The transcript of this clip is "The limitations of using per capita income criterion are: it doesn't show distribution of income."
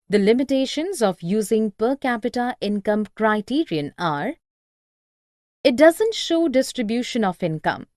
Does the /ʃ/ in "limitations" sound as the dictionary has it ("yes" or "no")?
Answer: yes